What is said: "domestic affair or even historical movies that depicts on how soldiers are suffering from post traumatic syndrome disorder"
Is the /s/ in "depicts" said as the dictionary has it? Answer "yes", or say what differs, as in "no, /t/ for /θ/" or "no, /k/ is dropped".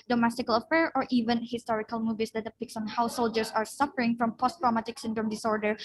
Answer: yes